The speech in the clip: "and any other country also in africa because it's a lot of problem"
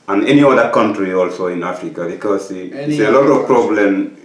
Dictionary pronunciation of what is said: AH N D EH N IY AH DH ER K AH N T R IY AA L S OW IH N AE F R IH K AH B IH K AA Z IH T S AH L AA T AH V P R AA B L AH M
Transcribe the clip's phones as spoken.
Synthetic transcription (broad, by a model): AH N EH N IY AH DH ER K AH N T R IY AA L S OW IH N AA F R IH K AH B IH K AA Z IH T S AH L AA T AH V P R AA B L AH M